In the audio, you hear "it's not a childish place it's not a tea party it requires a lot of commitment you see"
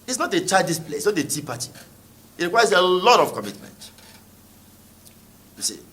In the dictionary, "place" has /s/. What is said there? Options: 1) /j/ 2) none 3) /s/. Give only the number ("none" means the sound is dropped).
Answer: 2